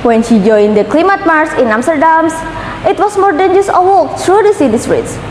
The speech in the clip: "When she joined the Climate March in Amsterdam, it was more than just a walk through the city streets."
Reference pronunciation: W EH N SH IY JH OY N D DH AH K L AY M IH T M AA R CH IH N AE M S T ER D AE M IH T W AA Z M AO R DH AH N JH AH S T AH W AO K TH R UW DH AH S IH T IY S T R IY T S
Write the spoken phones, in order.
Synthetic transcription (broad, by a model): W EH N SH IY JH OY N D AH K L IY M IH T M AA R S IH N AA M S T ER D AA M IH T W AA S M AO R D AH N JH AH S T AH W AO K T R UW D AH S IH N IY S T R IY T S